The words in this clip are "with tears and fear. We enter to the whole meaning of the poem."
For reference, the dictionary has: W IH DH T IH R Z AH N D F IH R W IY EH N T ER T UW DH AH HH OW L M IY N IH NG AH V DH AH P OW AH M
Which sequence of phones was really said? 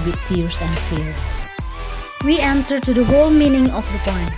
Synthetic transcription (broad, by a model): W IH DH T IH R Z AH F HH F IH R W IY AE N S ER T UW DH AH HH OW L M IY N IH NG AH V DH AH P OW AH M